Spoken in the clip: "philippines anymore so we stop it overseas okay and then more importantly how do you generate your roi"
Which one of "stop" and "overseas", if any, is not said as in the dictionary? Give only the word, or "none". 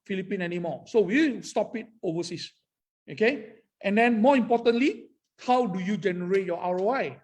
overseas